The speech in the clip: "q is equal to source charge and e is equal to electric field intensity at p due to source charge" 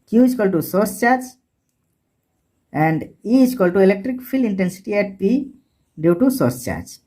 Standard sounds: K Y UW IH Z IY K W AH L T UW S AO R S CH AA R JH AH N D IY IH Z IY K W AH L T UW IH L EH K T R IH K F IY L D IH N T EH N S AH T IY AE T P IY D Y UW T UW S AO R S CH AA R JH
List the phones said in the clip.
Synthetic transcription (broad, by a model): K Y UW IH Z K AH L T UW S AO R S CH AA R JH AH N D IY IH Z K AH L T UW IH L EH K T R IH K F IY L IH N T EH N S AH T IY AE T P IY D Y UW T UW S AO R S CH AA R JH